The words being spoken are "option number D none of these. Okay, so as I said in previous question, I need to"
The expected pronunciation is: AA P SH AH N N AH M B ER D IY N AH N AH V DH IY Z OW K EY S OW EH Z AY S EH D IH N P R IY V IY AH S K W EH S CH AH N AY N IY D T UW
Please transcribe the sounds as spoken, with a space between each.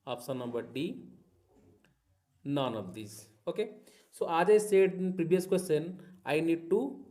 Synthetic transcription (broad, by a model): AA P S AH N N AH M B ER D IY N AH N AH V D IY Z OW K EY S OW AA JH AY S EH D IH N P R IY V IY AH S K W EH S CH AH N AY N IY D T UW